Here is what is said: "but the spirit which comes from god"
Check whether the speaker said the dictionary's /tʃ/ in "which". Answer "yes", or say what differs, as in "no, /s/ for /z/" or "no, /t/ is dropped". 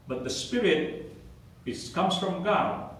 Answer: no, /s/ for /tʃ/